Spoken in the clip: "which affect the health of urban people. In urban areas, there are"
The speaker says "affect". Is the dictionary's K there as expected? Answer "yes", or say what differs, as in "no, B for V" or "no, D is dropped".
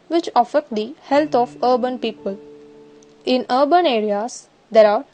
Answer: no, K is dropped